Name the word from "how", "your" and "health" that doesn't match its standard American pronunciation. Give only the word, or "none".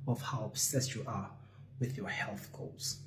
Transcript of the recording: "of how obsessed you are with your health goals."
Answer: none